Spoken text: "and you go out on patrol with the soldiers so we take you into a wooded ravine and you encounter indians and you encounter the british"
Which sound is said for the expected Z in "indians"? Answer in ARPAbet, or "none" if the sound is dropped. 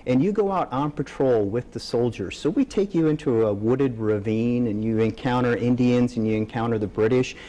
Z